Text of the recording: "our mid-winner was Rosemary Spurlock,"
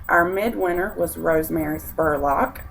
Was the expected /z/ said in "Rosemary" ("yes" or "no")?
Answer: yes